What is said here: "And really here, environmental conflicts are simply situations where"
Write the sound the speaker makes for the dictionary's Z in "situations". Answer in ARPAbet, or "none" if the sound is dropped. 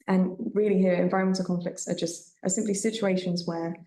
Z